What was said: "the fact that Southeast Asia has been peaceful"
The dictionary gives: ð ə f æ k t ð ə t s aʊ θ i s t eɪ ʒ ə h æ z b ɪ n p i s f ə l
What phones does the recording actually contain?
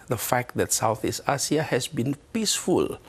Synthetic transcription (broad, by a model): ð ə f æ k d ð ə t s aʊ θ i s t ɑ s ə h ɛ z b ɪ n p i s f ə l